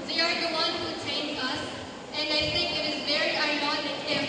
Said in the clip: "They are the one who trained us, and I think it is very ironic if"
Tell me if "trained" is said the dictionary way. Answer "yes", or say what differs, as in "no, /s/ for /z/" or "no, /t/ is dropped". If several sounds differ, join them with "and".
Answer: no, /ɹ/ is dropped and /d/ is dropped